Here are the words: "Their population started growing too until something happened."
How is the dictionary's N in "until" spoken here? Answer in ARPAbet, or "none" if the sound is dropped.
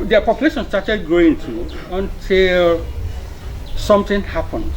N